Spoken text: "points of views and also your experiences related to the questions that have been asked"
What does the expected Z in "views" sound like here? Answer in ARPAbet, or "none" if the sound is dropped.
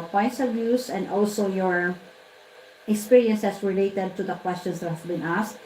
S